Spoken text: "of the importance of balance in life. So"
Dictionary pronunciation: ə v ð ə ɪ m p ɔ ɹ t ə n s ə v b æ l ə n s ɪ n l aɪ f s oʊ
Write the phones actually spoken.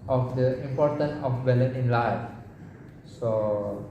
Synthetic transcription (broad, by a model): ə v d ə ɪ m p ɔ ɹ t ə n s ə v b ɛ l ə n ɪ n l aɪ f s oʊ